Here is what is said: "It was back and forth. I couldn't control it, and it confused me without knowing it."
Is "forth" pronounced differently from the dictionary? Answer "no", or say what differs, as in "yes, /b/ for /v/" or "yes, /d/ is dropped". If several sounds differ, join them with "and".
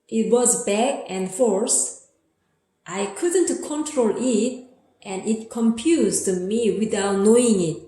yes, /s/ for /θ/